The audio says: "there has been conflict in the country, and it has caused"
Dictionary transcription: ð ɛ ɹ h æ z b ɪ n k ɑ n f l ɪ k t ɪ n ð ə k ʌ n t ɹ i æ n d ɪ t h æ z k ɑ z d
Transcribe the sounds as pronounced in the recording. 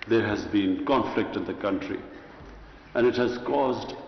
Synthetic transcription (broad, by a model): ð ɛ ɹ h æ z b ɪ n k ɑ n f l ɪ k t ɪ n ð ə k ʌ n t ɹ i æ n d ɪ t h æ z k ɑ z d